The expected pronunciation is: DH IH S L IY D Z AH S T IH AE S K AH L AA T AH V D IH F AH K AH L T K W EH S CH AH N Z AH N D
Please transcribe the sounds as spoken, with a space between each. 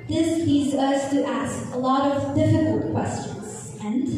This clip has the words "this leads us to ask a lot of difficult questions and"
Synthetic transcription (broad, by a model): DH IH S L IY D Z AH S T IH AE S K AH L AA T AH V D IH F AH K AH L T K W EH S CH AH N Z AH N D